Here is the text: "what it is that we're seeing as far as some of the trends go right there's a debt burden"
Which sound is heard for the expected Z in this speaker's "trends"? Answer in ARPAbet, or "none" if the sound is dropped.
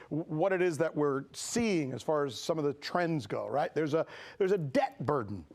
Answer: Z